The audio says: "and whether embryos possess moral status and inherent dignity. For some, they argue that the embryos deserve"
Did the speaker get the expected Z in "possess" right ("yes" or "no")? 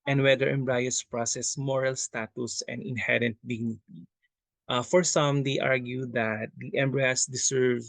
no